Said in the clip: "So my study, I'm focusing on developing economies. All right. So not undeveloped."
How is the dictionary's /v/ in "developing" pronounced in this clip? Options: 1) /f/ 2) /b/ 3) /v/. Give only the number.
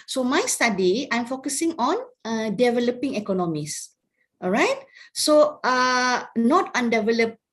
3